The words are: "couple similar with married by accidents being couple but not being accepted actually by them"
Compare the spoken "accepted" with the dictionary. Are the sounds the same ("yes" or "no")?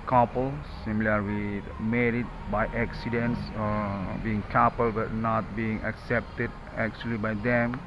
yes